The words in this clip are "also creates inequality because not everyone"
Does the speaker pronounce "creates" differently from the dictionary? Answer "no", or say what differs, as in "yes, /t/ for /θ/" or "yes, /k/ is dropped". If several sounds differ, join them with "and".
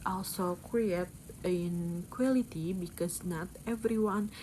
yes, /s/ is dropped